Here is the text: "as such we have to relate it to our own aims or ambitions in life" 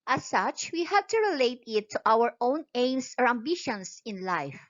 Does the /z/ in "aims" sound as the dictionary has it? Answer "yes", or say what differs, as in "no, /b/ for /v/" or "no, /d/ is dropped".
no, /s/ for /z/